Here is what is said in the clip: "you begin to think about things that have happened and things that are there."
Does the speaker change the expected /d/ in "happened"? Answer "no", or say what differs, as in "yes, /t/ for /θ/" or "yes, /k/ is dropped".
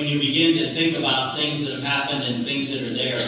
no